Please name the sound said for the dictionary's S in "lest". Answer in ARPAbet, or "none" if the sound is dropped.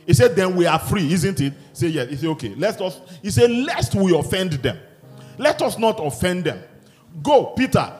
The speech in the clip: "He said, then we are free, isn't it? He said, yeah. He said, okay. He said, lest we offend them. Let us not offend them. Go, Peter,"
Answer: S